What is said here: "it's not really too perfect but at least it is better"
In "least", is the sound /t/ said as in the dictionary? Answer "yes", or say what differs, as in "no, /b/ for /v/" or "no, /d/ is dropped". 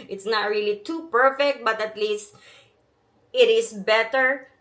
yes